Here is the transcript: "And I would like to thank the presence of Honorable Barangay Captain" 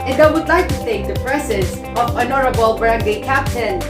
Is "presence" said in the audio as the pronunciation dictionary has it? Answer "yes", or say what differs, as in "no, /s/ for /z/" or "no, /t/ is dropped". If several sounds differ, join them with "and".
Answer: no, /s/ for /z/